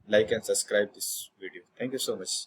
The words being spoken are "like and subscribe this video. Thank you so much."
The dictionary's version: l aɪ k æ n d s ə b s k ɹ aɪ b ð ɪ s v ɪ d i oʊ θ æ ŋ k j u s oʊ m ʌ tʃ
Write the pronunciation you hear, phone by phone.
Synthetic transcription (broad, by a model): l aɪ k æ n s ə b s k ɹ aɪ b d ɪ s v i d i oʊ t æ ŋ k j u s oʊ m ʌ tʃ